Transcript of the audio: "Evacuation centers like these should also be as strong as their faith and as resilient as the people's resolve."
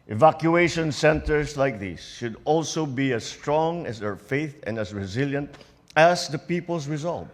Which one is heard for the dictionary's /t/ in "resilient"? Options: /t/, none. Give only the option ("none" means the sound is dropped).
/t/